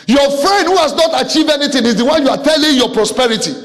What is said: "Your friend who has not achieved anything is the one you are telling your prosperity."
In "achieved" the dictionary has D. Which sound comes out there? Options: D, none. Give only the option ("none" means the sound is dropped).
none